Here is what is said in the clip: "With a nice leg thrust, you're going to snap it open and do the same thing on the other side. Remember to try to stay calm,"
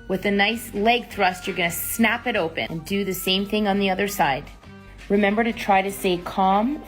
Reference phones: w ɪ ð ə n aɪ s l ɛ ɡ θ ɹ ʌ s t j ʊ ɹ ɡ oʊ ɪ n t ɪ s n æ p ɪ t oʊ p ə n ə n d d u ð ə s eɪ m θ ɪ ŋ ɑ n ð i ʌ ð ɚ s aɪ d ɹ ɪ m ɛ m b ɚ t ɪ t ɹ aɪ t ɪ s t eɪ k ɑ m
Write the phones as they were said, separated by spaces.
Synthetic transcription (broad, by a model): w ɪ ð ə n aɪ s l ɛ ɡ θ ɹ ʌ s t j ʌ ɹ ɡ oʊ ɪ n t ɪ s n æ p ɪ t oʊ p ə n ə n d d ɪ ð ə s eɪ m θ ɪ ŋ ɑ n ð i ʌ ð ɚ s aɪ d ɹ ɪ m ɛ m b ɚ t ɪ t ɹ aɪ t ɪ s eɪ k ɑ m